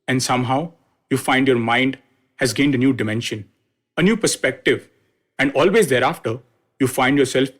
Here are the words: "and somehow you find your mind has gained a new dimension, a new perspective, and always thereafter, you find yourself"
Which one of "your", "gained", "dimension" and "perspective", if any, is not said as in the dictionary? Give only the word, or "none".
none